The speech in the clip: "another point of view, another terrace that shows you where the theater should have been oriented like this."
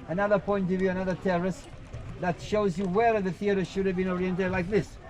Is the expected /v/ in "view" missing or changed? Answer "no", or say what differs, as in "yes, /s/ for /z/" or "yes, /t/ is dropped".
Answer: no